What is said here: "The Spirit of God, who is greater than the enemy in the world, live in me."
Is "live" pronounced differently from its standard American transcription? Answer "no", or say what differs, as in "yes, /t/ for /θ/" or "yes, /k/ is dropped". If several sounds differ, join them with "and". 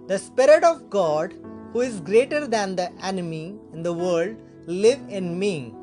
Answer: no